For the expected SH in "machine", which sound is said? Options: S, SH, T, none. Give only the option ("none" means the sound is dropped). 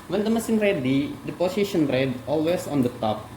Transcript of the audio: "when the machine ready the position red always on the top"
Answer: S